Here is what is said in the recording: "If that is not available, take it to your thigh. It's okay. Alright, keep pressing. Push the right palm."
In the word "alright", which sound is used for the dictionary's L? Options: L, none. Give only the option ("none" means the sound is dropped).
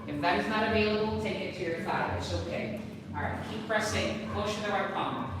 none